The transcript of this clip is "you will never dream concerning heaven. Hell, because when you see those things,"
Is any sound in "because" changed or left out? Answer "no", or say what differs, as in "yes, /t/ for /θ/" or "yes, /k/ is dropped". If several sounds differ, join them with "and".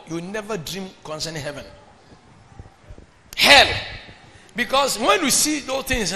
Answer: yes, /s/ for /z/